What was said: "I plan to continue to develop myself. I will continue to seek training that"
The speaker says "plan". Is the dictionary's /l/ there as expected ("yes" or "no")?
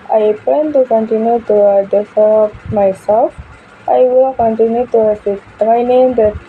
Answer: no